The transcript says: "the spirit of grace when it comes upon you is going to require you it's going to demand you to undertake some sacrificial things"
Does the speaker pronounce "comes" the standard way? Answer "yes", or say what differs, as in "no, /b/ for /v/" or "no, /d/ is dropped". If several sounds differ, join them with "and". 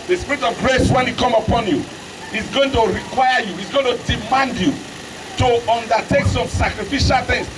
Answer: no, /z/ is dropped